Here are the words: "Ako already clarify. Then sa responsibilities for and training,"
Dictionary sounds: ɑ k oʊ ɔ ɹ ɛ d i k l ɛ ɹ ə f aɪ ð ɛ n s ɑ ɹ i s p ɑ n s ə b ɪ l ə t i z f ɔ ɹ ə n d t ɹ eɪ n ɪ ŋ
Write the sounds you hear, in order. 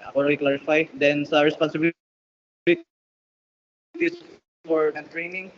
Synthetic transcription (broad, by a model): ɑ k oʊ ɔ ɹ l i k l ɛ ɹ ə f aɪ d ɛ n s ɑ ɹ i s p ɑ n s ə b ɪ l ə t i s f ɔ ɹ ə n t ɹ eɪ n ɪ ŋ